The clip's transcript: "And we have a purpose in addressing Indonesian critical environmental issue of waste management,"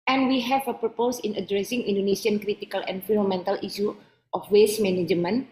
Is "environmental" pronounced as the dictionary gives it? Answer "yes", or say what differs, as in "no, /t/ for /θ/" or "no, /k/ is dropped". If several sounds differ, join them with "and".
no, /f/ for /v/ and /n/ is dropped